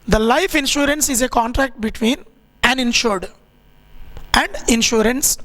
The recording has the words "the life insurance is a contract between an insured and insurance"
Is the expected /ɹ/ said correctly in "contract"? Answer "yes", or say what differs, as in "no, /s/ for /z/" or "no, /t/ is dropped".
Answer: yes